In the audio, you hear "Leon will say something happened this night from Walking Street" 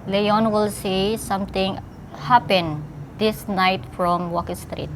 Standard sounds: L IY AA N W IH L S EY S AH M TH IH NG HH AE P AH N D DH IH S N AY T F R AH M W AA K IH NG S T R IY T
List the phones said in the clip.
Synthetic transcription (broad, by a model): L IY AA N W IH L S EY S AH M T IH NG HH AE P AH N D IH S N AY T F R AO M W AA K IH NG S T R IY T